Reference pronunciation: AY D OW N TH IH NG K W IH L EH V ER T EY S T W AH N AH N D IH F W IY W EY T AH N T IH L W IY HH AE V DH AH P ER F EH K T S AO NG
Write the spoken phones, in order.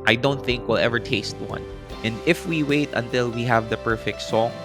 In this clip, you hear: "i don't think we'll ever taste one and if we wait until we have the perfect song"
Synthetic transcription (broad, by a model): AY D OW N TH IH NG K W IH L EH V ER T EY S T W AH N AH N D IH F W IY W EY T AH N T IH L W IY HH AE V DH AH P ER F EH K T S AO